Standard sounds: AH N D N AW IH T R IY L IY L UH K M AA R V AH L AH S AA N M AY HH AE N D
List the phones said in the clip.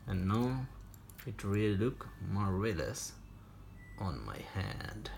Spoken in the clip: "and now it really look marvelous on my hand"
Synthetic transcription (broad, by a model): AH N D N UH IH T R IY L IY L UH K M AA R AH L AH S AA N M AY HH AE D